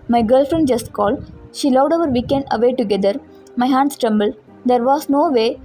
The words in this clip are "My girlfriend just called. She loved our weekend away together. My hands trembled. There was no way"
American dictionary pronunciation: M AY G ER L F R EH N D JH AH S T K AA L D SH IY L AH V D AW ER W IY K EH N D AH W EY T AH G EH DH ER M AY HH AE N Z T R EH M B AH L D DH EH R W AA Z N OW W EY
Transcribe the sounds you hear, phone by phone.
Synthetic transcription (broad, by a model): M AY G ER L F R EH N D JH AH S T K AA L D SH IY L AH D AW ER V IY K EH N D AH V EY T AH G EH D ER M AY HH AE N S T R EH M B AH L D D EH R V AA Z N OW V EY